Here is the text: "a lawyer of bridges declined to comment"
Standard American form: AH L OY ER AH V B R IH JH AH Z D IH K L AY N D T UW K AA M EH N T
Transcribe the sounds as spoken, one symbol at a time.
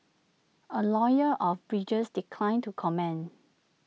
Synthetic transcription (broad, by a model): AH L OY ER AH F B R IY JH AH S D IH K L AY N T UW K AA M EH N